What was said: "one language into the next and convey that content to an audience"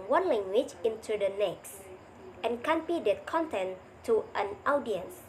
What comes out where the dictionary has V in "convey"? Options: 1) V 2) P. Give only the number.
2